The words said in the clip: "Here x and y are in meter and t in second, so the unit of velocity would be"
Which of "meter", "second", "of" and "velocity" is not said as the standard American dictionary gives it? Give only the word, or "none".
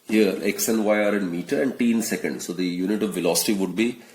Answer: none